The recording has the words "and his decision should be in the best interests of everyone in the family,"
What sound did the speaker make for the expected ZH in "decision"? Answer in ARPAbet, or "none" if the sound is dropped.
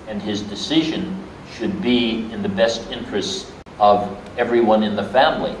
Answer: ZH